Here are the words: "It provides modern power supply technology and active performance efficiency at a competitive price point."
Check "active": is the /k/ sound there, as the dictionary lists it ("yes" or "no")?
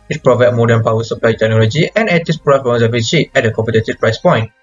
no